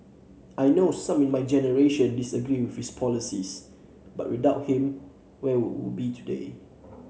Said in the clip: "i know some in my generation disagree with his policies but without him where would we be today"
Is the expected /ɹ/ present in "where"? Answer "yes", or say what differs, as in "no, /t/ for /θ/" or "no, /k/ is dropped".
no, /w/ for /ɹ/